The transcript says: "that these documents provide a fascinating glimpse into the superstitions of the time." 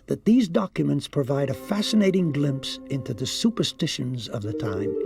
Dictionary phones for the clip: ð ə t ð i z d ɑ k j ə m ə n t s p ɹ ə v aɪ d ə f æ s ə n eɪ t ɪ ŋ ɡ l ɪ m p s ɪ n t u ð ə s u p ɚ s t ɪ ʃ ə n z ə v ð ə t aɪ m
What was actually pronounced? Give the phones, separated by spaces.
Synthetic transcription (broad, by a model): ð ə t ð i z d ɑ k j ə m ə n t s p ɹ ə v aɪ d ə f æ s ə n eɪ t ɪ ŋ ɡ l ɪ m p s ɪ n t u ð ə s u p ɚ s t ɪ ʃ ə n z ə v ð ə t aɪ m